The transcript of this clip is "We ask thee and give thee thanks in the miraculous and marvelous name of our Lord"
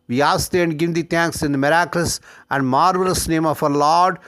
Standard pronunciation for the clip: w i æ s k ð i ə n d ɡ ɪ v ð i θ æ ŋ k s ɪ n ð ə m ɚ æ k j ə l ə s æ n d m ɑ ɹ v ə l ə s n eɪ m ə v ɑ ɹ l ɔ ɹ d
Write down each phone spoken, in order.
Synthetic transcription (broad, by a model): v i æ s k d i ə n d ɡ ɪ v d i t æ ŋ k s ɪ n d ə m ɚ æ k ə l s æ n d m ɑ ɹ v ə l ə s n eɪ m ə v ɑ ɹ l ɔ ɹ d